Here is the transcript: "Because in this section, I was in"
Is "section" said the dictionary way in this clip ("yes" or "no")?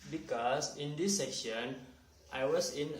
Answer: no